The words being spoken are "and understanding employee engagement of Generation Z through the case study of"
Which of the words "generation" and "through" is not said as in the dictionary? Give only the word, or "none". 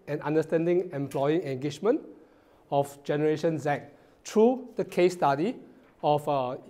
through